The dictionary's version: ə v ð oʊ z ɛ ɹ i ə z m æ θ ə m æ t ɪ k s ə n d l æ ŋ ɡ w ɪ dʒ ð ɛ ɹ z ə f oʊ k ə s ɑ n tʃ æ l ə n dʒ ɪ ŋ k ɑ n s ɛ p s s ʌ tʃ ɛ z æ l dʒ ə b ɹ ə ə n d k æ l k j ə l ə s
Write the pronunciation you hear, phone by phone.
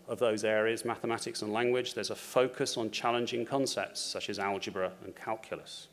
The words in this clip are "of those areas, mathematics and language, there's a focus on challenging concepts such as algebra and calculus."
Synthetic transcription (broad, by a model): ə v ð oʊ z ɛ ɹ i ə z m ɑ θ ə m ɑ t ɪ k s ə n l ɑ ŋ ɡ w ɪ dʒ ð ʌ z ə f oʊ k ə s n tʃ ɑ l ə n dʒ ɪ ŋ k ɑ n s ɛ p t s ʌ tʃ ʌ z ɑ l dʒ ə b ɹ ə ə n k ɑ l k j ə l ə s